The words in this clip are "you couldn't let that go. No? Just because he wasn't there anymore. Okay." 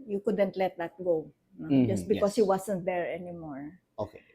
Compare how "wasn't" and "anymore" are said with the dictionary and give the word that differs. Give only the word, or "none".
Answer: wasn't